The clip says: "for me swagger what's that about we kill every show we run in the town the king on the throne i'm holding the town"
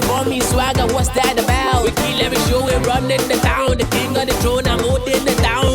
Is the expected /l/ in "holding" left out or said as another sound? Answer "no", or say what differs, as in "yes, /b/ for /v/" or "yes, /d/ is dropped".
yes, /l/ is dropped